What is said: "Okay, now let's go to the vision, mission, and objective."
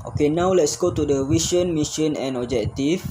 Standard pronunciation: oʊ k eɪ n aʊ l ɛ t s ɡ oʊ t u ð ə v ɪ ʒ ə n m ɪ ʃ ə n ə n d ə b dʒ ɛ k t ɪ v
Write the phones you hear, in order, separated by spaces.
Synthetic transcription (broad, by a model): oʊ k eɪ n aʊ l ɛ t s ɡ oʊ t u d ə w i ʃ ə n m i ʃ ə n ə n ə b dʒ ɛ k t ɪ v